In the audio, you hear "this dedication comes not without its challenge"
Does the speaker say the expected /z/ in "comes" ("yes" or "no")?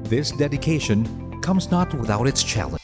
yes